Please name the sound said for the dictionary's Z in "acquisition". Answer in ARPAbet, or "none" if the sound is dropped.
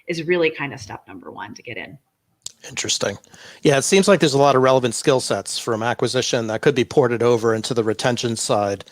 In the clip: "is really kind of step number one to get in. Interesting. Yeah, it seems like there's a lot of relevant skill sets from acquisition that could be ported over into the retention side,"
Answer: Z